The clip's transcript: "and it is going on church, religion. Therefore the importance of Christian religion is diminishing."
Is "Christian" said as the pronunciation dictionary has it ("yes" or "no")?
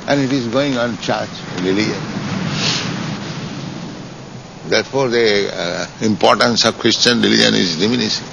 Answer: yes